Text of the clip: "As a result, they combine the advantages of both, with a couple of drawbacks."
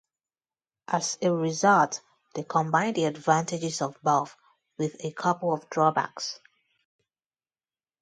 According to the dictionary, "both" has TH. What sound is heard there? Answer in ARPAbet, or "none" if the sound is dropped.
F